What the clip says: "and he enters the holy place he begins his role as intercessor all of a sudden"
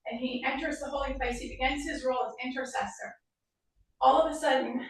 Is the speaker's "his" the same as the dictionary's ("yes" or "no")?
yes